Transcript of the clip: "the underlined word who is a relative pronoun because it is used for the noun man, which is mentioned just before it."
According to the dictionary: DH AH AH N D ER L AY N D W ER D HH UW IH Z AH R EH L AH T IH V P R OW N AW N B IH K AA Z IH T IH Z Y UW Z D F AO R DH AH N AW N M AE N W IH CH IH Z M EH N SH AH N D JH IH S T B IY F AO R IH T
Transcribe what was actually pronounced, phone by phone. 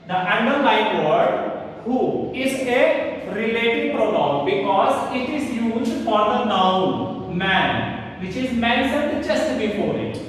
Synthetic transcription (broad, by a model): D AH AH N D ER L AY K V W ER D HH UW IH Z AH R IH L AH T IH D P R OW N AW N B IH K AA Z IH T IH Z Y UW Z D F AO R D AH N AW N M AE N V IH CH IH Z M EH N S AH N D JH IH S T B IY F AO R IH T